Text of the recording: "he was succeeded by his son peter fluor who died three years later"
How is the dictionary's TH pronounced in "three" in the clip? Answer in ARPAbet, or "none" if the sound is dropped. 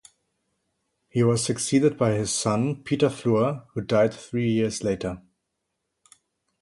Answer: TH